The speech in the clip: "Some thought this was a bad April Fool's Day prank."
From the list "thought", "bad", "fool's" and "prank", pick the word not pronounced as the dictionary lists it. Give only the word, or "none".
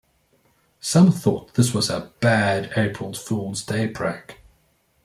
prank